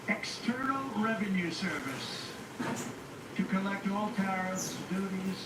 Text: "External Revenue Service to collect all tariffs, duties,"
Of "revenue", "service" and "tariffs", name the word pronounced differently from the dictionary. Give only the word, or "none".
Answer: tariffs